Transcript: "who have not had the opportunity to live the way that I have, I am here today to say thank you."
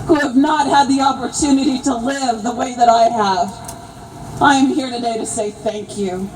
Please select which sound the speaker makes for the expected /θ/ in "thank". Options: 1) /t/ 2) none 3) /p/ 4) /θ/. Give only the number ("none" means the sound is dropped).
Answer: 4